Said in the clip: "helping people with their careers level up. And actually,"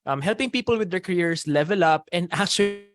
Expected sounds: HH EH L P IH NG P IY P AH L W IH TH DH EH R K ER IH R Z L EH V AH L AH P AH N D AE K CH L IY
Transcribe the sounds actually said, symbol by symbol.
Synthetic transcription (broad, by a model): HH EH L P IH NG P IY P AH L W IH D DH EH R K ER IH R S L EH V AH L AH P AH N D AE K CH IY